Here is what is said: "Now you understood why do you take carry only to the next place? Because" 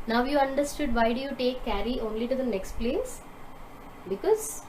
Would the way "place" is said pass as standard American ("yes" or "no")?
yes